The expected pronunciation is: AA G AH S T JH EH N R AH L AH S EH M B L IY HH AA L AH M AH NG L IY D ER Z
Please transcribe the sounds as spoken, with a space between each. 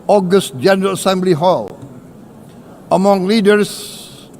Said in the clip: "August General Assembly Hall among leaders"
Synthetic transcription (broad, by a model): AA G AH S T JH EH N R AH L AH S EH M B L IY HH AA L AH M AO NG L IY D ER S